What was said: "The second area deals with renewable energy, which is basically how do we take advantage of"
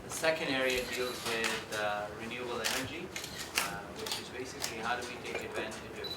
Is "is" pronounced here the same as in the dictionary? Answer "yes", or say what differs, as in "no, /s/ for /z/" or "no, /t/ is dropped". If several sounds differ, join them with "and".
yes